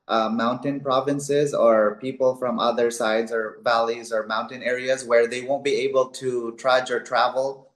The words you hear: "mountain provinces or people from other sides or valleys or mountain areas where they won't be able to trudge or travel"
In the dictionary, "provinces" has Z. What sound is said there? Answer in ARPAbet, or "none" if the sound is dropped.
Z